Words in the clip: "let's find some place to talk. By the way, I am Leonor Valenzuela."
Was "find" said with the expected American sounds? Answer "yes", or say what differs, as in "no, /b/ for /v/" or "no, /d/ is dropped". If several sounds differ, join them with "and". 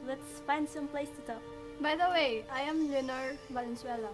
no, /p/ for /f/